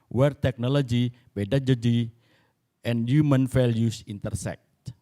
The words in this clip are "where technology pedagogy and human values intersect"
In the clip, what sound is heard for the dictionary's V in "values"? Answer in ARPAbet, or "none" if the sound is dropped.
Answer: F